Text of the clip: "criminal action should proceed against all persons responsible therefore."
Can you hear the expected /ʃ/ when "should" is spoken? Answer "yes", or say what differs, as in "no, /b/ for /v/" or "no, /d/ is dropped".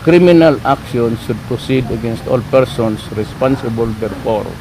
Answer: no, /s/ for /ʃ/